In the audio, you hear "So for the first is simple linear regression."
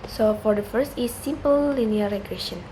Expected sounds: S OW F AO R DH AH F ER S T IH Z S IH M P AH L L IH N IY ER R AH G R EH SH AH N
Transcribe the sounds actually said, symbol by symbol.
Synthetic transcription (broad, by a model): S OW F AO R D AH F ER S T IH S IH M P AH L L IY N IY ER R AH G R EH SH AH N